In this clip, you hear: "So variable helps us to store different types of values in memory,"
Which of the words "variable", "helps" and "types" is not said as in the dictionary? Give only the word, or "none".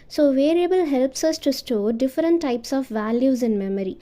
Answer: none